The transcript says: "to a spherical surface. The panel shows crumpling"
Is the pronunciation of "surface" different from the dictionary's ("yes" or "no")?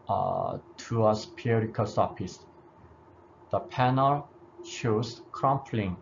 yes